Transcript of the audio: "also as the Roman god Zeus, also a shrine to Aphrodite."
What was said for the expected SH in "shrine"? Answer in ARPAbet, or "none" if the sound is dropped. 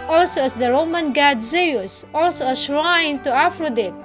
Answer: S